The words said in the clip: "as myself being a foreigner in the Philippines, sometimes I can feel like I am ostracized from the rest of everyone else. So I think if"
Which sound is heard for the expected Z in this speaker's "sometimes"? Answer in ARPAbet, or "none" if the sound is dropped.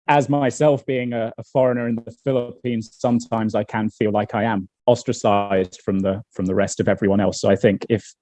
Z